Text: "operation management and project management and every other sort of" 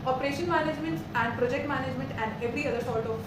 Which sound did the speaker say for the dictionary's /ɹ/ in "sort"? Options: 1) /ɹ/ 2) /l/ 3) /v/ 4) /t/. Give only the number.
2